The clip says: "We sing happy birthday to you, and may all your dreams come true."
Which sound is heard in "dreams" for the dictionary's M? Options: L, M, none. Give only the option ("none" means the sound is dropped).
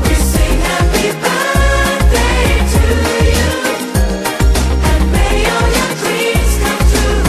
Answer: none